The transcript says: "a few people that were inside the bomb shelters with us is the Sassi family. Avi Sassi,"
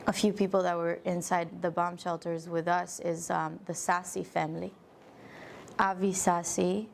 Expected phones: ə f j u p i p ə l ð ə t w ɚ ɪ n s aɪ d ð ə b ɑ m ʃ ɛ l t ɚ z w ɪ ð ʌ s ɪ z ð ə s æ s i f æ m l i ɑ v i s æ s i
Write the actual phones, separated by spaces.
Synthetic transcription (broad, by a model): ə f j u p i p l ð ə t w ɚ ɪ n s aɪ d ð ə b ɑ m ʃ ɛ l t ɚ z w ɪ ð ʌ s ɪ z ð ə s æ s i f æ m l i ɑ v i s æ s i